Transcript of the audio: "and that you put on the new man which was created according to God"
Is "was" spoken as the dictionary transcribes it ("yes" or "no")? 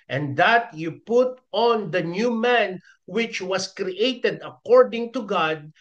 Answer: no